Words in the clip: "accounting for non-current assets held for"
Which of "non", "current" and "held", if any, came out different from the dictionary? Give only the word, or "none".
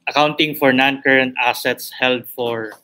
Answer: none